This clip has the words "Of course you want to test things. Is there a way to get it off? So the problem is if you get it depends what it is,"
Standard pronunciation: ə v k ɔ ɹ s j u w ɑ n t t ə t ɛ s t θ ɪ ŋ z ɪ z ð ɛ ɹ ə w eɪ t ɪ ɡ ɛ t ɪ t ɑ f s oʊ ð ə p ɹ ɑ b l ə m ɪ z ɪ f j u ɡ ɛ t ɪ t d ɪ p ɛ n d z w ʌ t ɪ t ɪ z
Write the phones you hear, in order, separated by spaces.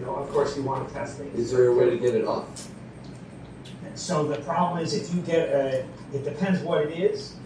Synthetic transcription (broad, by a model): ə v k ɔ ɹ s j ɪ w ɑ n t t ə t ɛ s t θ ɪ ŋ ɪ z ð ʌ ɹ ə w eɪ t ɪ ɡ ɛ t ɪ t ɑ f s oʊ ð ə p ɹ ɑ b l ə m ɪ z ɪ f j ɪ ɡ ɛ t ɪ t d ɪ p ɛ n d z w ʌ t ɪ t ɪ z